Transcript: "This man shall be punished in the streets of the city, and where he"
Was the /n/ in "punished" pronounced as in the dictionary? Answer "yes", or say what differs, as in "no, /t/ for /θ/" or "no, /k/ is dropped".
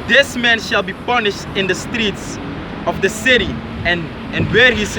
yes